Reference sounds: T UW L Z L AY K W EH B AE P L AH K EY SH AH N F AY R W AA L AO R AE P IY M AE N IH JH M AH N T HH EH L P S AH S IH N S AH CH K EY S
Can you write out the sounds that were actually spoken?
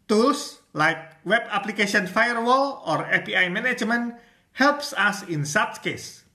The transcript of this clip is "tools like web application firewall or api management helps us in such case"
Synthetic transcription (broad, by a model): T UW L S L AY K W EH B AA P L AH K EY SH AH N F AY R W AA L AO R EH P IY M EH N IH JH M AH N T HH EH L P S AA S IH N S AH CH K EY S